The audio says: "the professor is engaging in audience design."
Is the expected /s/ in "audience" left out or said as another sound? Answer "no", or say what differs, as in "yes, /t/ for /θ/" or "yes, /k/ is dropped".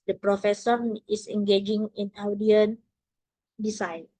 yes, /s/ is dropped